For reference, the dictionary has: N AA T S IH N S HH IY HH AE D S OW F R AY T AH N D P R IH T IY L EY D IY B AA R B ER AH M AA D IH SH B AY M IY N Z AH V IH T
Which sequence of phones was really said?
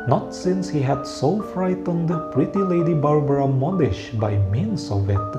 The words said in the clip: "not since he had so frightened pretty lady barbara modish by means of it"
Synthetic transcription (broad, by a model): N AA T S IH N S HH IY HH AE D S OW F R AY T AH N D P R IH T IY L EY D IY B AA R B ER AH M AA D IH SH B AY M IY N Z AH V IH T